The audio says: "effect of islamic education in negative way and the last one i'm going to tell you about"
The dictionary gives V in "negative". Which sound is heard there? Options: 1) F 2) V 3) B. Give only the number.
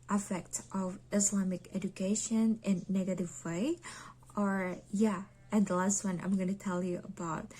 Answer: 2